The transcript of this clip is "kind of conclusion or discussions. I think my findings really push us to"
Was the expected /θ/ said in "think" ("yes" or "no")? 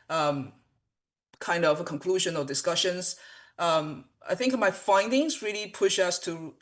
yes